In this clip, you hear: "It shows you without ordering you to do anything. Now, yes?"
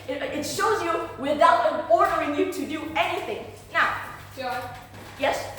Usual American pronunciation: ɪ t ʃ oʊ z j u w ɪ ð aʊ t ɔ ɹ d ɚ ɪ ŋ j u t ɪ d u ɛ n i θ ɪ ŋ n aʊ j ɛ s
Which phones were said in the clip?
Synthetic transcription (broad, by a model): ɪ t ʃ oʊ z j u w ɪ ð aʊ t ɔ ɹ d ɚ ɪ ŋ j u t ɪ d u ɛ n i θ ɪ ŋ n aʊ j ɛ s